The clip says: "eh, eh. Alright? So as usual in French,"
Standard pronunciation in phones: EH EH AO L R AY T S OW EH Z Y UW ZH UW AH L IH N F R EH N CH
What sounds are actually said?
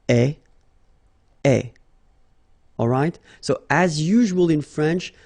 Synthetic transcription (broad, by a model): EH EH AO L R AY T S OW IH Z Y UW ZH UW AH L IH N F R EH N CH